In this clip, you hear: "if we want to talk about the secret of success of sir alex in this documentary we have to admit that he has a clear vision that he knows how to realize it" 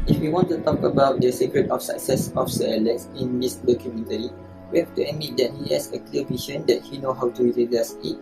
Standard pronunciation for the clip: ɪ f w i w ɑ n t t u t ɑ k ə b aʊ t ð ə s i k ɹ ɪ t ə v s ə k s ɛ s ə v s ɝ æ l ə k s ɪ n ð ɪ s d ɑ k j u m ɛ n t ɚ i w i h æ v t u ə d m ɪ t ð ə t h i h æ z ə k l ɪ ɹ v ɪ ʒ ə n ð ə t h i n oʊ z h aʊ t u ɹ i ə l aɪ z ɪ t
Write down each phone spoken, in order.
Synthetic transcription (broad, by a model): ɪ f w i w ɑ n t t u t ɑ k ə b aʊ t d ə s i k ɹ ɪ t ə f s ə k s ɛ s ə f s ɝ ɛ l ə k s ɪ n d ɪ s d ɑ k j u m ɛ n t ɚ i w i h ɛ f t u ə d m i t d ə t h i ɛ s ə k l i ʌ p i ʃ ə n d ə t h i n oʊ h aʊ t u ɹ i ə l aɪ s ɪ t